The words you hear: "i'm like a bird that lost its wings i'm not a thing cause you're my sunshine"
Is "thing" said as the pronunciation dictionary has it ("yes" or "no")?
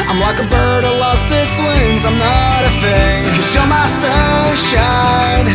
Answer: no